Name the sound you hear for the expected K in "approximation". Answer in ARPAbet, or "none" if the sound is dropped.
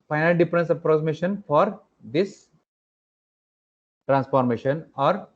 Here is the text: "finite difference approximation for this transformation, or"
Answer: none